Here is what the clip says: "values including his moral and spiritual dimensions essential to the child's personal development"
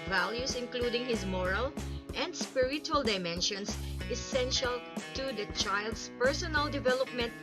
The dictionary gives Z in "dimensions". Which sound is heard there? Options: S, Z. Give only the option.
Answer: S